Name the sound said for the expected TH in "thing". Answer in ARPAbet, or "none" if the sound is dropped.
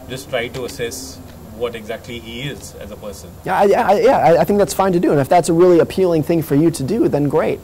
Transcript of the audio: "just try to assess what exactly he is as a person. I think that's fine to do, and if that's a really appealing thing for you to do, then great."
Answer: TH